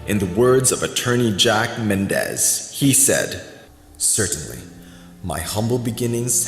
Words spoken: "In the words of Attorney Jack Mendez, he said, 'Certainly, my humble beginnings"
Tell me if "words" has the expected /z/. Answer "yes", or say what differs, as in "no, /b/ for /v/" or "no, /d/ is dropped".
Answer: yes